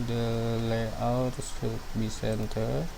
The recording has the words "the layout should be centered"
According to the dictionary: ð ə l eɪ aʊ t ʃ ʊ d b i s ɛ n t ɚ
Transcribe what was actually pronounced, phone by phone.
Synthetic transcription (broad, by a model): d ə l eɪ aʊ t s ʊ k b i s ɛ n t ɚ